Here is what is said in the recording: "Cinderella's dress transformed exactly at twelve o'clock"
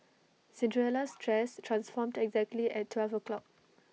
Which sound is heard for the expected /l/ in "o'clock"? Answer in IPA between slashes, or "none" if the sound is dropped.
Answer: /l/